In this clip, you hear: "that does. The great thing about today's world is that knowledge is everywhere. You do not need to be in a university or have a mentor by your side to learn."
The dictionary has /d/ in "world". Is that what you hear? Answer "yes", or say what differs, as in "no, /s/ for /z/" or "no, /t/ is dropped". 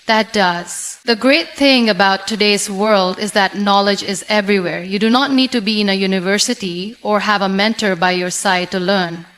yes